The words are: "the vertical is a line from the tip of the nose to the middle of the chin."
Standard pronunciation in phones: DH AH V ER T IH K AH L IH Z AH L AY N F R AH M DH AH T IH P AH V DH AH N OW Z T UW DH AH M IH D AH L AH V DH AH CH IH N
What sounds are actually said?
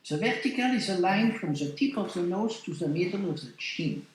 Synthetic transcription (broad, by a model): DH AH V ER T IH K AH L IH Z AH L AY N F R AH M DH AH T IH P AH V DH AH N OW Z T UW DH AH M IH D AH L AH V DH AH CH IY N